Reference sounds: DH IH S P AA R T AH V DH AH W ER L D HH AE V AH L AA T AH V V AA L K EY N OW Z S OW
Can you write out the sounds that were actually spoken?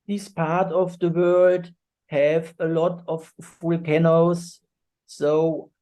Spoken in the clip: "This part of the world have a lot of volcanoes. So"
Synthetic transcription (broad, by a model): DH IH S P AA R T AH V DH AH W ER L D HH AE V AH L AA T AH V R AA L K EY N OW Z S OW